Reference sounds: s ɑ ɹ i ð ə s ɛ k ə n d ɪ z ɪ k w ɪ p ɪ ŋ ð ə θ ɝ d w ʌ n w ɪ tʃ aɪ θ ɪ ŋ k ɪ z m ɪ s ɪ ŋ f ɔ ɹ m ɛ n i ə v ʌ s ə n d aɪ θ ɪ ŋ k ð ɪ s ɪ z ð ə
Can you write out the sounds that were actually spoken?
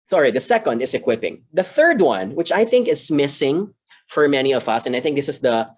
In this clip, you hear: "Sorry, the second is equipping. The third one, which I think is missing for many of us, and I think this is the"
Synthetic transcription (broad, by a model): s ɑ ɹ i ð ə s ɛ k ə n d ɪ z ɪ k w ɪ p ɪ ŋ ð ə θ ɝ d w ʌ n w ɪ tʃ aɪ θ ɪ ŋ k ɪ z m ɪ s ɪ ŋ f ɔ ɹ m ɛ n i ə v ʌ s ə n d aɪ θ ɪ ŋ k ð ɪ s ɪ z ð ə